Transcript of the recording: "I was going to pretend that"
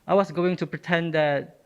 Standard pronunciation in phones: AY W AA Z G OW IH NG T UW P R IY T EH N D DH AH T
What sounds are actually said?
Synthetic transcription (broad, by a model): AY W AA S G OW IH NG T UW P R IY T EH N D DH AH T